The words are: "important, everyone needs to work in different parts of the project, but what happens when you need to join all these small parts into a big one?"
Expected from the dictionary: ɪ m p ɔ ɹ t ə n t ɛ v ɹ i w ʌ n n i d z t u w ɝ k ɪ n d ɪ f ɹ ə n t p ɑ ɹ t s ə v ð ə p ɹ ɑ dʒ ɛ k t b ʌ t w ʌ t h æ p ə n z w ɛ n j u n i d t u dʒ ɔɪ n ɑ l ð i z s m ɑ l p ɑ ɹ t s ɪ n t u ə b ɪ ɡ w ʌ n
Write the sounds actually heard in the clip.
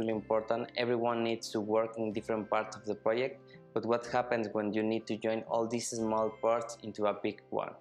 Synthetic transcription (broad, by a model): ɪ m p ɔ ɹ t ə n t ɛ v ɹ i w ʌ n n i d s t u w ɝ k ɪ n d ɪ f ɹ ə n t p ɑ ɹ t s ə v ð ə p ɹ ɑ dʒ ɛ k t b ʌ t w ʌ t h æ p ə n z w ɛ n j u n i d t u dʒ ɔɪ n ɑ l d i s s m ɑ l p ɑ ɹ t s ɪ n t u ə b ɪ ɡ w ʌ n